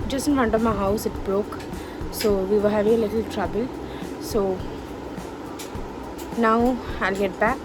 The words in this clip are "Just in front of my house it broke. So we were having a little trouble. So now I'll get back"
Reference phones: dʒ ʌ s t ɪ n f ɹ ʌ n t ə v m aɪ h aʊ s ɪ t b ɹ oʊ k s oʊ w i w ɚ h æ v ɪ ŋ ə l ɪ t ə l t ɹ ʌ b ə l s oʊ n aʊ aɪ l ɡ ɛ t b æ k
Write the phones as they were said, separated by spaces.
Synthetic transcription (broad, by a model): dʒ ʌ s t ɪ n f ʌ n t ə m aɪ h aʊ s ɪ t b ɹ oʊ k s oʊ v i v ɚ h æ v ɪ ŋ ə l ɪ t ə l t ɹ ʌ b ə l s oʊ n aʊ aɪ l ɡ ɛ t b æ k